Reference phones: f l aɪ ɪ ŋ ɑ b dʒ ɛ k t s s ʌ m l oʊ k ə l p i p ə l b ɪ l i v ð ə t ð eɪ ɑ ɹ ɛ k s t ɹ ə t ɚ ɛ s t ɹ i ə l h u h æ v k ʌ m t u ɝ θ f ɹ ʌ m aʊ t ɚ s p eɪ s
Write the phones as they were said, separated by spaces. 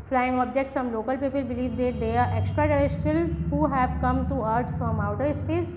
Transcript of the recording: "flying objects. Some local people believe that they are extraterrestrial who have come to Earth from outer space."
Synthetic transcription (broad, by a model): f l aɪ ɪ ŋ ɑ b dʒ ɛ k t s s ʌ m l oʊ k ə l p i p ə l b ɪ l i v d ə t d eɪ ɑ ɹ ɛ k s t ɹ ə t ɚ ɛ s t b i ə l h u h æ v k ʌ m t u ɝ t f ɹ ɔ m aʊ t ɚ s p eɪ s